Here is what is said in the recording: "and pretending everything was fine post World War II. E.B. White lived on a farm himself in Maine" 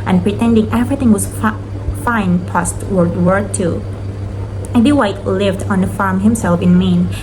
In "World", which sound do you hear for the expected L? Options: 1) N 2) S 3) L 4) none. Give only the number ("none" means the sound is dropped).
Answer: 4